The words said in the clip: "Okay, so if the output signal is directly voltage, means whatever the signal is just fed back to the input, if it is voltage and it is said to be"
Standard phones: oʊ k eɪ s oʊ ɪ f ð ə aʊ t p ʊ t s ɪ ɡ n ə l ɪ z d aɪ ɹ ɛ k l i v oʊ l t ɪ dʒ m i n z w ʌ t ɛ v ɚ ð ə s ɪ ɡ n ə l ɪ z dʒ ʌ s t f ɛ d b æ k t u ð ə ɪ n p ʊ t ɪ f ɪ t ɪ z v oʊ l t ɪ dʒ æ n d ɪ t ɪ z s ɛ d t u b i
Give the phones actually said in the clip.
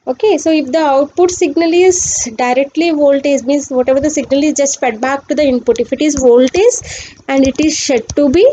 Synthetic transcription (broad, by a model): oʊ k eɪ s oʊ ɪ f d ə aʊ t p ʊ t s ɪ ɡ n ə l ɪ z d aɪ ɹ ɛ k l i v oʊ l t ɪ z m i n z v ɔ t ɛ v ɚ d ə s ɪ ɡ n ə l ɪ z dʒ ʌ s t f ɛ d b æ k t u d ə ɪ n p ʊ t ɪ f ɪ t ɪ z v oʊ l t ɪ z æ n d ɪ t ɪ z ʃ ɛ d t u b i